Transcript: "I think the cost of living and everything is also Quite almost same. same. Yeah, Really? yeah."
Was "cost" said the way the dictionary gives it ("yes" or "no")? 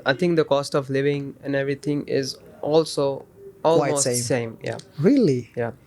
yes